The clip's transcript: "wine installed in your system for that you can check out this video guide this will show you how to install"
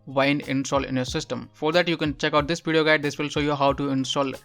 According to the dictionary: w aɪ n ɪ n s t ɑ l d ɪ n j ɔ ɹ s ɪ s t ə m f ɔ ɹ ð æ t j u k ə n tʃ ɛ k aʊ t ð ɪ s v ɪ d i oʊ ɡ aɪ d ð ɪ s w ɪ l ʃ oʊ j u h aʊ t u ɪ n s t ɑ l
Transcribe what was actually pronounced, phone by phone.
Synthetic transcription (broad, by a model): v aɪ n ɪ n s t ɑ l ɪ n j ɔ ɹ s ɪ s t ə m f ɔ ɹ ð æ t j u k ə n tʃ ɛ k aʊ t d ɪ s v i d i oʊ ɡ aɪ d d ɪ s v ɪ l ʃ oʊ j u h aʊ t u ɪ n s t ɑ l